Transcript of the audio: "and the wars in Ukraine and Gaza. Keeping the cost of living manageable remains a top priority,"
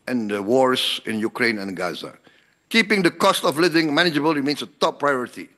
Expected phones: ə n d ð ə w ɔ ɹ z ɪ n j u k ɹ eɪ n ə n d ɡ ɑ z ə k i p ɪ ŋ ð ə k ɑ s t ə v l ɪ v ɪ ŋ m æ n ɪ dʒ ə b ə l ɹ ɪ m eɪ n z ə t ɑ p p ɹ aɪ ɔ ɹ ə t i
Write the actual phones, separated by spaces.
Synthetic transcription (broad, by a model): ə n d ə w ɔ ɹ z ɪ n j u k ɹ eɪ n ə n ɡ ɑ z ə k i p ɪ ŋ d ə k ɑ s t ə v l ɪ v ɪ ŋ m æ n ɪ dʒ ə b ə l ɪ m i n s ə t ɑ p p ɹ aɪ ɔ ɹ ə t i